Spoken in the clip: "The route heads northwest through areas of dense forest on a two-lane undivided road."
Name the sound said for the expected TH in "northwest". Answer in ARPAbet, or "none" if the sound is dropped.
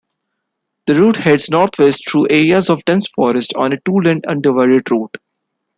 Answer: T